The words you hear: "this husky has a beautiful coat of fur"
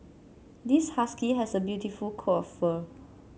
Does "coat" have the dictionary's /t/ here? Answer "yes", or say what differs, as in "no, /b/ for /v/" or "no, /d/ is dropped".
no, /t/ is dropped